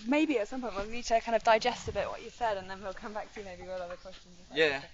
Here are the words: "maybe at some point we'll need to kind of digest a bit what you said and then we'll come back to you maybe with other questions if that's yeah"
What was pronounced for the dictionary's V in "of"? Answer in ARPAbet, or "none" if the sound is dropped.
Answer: V